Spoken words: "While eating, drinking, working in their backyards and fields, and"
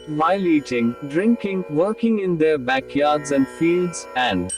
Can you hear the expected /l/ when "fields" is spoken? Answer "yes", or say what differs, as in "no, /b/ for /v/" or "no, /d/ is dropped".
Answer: yes